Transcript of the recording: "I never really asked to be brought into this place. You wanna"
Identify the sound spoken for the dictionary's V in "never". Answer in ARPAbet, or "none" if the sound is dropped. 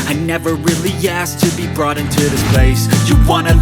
V